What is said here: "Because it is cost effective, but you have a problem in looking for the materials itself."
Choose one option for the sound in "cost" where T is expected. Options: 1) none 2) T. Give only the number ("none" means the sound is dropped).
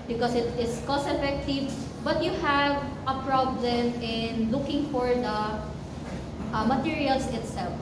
1